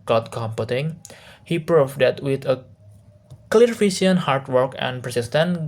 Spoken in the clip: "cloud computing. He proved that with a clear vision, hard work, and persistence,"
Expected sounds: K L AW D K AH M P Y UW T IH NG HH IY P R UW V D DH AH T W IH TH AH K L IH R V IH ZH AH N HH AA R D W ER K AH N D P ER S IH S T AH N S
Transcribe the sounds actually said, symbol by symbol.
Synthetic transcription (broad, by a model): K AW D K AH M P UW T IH NG HH IY P R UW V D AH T W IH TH AH K L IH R F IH S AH N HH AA R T W ER K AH N P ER S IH S T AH N